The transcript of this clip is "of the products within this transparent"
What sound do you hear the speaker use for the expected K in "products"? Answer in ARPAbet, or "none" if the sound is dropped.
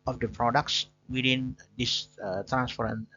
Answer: K